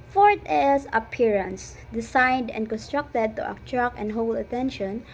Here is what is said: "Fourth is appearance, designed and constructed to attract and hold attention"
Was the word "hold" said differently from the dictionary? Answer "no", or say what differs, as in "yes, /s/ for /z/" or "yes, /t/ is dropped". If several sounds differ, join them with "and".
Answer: yes, /d/ is dropped